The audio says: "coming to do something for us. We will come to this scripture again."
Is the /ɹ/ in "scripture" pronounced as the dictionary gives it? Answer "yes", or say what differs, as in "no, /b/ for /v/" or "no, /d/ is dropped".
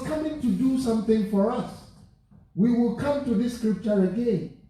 yes